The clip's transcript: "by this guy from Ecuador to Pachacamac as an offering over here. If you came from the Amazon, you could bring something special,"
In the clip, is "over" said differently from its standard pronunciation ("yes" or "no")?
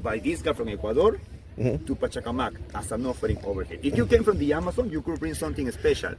yes